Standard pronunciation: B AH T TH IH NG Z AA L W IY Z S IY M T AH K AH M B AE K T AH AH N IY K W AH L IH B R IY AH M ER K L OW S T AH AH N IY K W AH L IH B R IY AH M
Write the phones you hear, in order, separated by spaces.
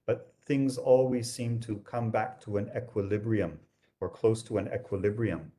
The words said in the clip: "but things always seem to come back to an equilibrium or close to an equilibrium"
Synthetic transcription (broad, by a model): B AH T TH IH NG Z AA L W IY Z S IY M T AH K AH M B AE K T AH AH N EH K W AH L IH B R IY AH M ER K L OW S T AH AH N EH K W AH L IH B R IY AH M